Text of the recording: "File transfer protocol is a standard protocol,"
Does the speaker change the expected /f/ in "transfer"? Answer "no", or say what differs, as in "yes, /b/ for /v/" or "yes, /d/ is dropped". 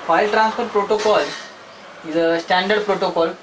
yes, /p/ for /f/